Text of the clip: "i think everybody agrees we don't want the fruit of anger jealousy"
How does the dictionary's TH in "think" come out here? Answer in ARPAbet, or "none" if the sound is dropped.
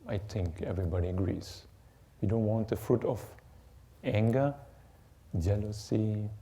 T